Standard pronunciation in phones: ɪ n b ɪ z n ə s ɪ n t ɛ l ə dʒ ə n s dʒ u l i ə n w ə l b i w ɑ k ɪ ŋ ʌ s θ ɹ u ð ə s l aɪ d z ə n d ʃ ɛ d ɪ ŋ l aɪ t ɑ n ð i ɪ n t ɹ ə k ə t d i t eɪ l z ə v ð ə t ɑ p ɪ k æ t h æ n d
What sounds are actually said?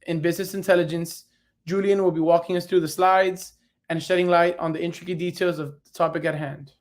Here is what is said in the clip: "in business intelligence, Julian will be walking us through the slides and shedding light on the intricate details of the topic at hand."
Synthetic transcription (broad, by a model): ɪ n b ɪ z n ə s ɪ n t ɛ l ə dʒ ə n s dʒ u l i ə n w ə l b i w ɑ k ɪ ŋ ʌ s θ ɹ u ð ə s l aɪ d z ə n ʃ ɛ d ɪ ŋ l aɪ t n ð i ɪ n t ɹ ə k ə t d i t eɪ l z ə v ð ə t ɑ p ɪ k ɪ t h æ n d